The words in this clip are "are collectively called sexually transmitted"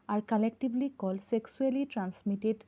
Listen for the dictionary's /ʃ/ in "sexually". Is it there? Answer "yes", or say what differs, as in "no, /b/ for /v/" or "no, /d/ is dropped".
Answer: no, /s/ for /ʃ/